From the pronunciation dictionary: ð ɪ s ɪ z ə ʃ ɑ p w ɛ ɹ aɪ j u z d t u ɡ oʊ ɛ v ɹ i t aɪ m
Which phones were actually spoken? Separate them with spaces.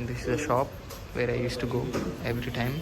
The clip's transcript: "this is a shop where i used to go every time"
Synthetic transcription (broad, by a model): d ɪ s ɪ z ə ʃ ɑ p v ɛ ɹ aɪ j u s t u ɡ oʊ ɛ v ɹ i t aɪ m